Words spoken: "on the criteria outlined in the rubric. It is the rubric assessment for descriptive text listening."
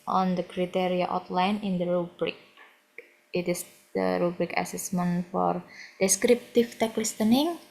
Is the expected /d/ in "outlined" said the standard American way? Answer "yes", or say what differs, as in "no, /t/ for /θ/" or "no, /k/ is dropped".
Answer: no, /d/ is dropped